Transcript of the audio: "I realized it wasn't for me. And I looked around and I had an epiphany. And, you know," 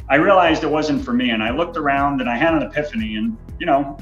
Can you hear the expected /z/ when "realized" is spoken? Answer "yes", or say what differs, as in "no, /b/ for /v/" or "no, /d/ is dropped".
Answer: yes